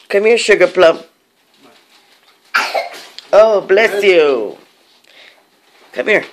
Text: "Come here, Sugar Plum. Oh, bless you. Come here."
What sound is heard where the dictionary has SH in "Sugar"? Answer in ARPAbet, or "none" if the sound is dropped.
SH